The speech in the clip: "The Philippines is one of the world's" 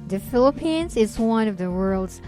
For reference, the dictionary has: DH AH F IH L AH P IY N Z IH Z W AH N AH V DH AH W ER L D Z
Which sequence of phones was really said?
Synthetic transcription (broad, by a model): DH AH F IH L AH P IY N Z IH Z W AH N AH V DH AH W ER L D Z